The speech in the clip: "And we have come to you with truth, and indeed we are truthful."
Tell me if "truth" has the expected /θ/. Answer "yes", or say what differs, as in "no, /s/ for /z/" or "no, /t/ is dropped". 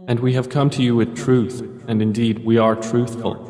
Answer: yes